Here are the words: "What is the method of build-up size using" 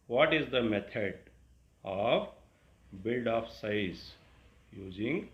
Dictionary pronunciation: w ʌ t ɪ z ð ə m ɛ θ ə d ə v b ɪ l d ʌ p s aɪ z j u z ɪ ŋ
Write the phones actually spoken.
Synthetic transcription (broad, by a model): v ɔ t ɪ z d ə m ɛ t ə d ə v b ɪ l d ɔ f s aɪ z j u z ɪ ŋ